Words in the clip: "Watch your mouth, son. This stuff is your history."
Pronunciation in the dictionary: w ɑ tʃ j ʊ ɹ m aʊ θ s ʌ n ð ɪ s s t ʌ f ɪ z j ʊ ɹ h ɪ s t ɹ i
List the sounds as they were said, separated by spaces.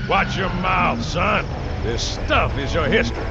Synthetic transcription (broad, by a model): w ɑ tʃ j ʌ ɹ m aʊ θ s ʌ n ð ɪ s s t ʌ f ɪ z j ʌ ɹ h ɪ s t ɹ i